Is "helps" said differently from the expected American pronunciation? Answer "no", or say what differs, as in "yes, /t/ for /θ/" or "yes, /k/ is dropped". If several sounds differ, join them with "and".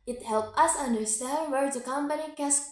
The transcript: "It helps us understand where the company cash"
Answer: yes, /s/ is dropped